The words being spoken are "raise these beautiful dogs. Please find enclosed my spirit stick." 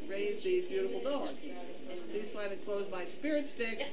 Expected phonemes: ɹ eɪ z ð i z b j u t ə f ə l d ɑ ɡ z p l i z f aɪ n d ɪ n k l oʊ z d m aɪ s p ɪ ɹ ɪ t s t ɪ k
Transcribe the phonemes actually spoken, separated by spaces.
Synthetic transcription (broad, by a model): ɹ eɪ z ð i b j u t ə f l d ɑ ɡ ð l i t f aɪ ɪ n k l oʊ z m aɪ s p ɪ ɹ ɪ t s t ɪ k